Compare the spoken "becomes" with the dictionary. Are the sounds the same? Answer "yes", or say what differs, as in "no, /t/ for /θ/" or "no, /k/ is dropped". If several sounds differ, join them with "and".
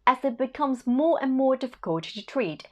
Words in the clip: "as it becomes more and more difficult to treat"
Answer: yes